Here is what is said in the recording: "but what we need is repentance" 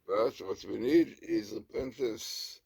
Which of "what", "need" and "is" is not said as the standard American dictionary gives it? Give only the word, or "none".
none